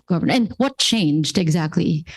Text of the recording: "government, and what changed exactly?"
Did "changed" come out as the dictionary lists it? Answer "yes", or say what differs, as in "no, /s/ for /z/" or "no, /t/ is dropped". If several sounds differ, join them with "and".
yes